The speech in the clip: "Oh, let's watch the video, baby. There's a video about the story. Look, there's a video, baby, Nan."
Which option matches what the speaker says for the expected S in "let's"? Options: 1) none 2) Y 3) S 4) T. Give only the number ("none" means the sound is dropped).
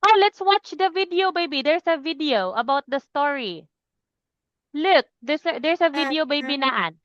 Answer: 3